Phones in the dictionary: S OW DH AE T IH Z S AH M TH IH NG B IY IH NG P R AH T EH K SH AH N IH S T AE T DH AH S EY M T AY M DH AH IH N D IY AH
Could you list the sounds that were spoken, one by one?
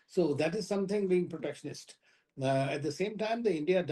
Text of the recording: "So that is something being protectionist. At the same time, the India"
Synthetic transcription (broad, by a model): S OW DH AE T IH Z S AH M T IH NG B IY IH NG P R AH T EH K SH AH N IH S T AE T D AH S EY M T AY M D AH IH N D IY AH